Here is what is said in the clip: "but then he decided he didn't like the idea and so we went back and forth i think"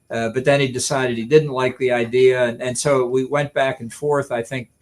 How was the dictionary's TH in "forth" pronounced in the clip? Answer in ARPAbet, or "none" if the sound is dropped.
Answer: TH